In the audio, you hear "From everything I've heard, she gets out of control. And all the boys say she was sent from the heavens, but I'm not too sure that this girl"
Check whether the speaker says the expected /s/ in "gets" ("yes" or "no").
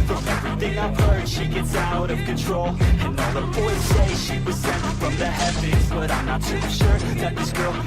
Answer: yes